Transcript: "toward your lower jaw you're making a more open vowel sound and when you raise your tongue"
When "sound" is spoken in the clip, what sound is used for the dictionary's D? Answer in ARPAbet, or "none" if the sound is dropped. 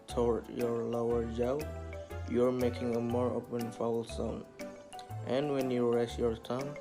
none